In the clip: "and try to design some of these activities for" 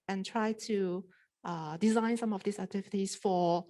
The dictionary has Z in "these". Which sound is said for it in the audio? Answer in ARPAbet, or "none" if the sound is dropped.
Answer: S